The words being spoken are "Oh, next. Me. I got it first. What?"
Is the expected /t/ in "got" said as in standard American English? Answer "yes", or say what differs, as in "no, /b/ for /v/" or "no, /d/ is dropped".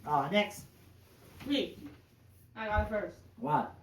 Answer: no, /t/ is dropped